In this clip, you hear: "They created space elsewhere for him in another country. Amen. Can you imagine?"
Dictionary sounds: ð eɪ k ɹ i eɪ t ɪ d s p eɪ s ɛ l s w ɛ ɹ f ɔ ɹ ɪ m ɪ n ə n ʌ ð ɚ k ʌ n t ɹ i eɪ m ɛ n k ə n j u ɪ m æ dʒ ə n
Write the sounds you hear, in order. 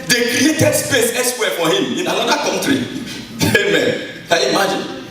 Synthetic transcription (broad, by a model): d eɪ k ɹ i eɪ t ɪ d s p eɪ s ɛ s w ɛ f ɔ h ɪ m ɪ n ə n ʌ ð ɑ k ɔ n t ɹ i eɪ m ɛ n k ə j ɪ m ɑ dʒ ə n